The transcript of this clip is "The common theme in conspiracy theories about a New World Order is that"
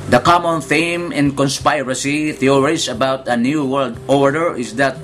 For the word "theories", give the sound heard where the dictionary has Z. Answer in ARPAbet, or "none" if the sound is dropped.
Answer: S